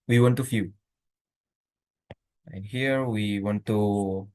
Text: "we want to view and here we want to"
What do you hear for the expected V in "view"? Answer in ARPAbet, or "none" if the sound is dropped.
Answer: F